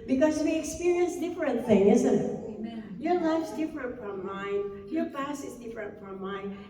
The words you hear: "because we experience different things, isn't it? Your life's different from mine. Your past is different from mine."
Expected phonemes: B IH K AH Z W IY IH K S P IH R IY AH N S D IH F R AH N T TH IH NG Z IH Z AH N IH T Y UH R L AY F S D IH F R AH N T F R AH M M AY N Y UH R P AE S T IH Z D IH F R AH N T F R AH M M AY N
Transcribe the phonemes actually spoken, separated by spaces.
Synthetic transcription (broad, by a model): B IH K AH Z W IY IH K S P IH R IY AH N S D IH F R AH N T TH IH NG IH Z AH N IH T Y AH R L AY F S D IH F R AH N T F R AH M M AY N Y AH R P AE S IH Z D IH F R AH N T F R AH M M AY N